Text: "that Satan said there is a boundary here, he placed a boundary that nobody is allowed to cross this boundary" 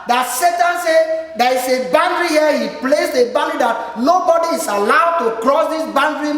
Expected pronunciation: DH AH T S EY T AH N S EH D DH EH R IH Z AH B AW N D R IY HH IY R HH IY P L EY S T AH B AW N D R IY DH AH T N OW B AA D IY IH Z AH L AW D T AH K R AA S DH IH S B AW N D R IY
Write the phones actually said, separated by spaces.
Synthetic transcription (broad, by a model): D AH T S EY T AH N S EH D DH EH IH S AH B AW N D R IY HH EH HH IY P L EY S AH B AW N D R IY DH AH T N OW B AA D IY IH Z AH L AW D T AH K R AA S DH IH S B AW N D R IY